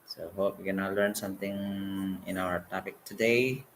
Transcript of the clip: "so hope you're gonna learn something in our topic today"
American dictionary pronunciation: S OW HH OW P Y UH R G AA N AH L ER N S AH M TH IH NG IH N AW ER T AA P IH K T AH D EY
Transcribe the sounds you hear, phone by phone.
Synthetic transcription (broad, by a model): S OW HH OW P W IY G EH N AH L ER N S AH M T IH NG IH N AW ER T AA P IH K T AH D EY